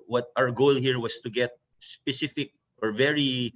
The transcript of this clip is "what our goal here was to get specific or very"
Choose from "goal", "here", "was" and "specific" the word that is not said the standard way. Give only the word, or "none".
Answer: was